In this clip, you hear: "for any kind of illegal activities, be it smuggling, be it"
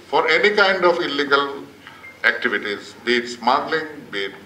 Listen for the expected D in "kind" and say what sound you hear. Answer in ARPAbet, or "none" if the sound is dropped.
D